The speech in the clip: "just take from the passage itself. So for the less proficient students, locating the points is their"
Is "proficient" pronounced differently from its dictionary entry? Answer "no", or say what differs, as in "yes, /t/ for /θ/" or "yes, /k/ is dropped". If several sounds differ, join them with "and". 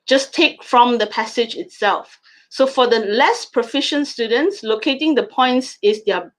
no